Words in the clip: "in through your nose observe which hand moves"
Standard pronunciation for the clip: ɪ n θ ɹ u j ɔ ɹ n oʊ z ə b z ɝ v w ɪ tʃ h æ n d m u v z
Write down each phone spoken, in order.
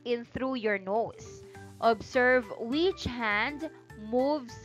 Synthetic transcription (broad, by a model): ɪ n θ ɹ u j ɔ ɹ n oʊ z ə b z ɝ v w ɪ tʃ h æ n d m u v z